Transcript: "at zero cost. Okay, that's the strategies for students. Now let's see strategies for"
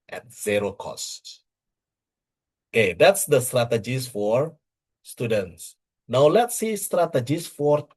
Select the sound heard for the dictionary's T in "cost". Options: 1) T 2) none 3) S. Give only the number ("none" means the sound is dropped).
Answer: 1